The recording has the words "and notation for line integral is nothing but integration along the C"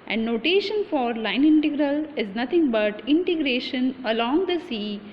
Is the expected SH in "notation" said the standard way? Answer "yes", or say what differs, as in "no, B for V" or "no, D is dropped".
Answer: yes